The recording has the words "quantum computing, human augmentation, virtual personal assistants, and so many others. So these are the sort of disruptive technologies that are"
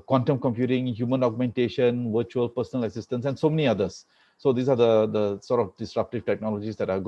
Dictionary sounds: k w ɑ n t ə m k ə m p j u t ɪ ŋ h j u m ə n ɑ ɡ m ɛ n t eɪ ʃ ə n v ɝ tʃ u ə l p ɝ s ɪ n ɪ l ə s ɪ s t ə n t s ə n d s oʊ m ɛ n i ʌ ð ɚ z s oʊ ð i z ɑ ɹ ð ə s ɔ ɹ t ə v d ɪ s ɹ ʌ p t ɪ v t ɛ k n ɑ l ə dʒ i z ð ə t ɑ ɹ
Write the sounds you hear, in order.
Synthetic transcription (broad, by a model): k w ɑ n t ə m k ə m p j u t ɪ ŋ h j u m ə n ɑ ɡ m ɛ n t eɪ ʃ ə n v ɝ tʃ u ə l p ɝ s ɪ n ɪ l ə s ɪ s t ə n s ə n d s oʊ m ɛ n i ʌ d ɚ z s oʊ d i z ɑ ɹ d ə s ɔ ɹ t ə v d ɪ s ɹ ʌ p t ɪ v t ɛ k n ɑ l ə dʒ i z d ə t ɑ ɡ